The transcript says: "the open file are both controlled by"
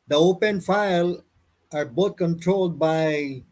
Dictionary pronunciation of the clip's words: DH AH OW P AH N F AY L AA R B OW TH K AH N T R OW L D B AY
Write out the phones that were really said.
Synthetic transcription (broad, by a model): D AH OW P AH N F AY L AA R B OW T K AH N T R OW L D B AY